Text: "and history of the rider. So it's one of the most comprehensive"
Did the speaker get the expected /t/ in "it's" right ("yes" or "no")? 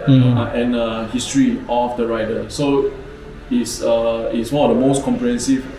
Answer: no